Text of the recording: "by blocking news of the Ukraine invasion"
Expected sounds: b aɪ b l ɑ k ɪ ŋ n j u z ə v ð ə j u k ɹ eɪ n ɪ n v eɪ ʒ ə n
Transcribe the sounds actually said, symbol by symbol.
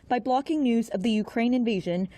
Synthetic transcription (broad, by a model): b aɪ b l ɑ k ɪ ŋ n j u z ə v ð ə j u k ɹ eɪ n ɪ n v eɪ ʒ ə n